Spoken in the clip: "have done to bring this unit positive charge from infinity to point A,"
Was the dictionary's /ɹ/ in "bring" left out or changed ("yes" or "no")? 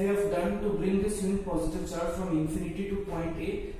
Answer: no